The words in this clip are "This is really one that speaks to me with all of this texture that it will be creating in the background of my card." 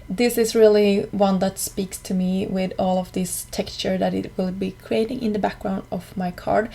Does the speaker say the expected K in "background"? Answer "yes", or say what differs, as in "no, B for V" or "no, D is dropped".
yes